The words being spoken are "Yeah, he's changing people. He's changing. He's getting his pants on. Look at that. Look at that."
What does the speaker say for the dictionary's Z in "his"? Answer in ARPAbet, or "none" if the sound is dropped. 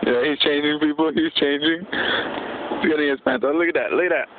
S